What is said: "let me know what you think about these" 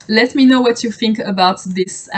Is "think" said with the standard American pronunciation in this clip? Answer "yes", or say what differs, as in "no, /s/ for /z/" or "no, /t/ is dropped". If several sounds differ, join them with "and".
yes